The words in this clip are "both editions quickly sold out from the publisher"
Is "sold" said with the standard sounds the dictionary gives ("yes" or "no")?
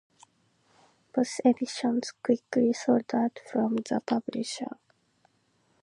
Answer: no